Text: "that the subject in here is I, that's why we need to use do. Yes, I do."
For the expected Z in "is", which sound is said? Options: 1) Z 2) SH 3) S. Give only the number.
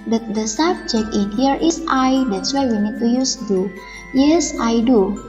3